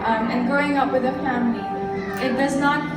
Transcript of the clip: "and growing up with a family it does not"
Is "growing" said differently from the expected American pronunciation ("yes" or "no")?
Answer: yes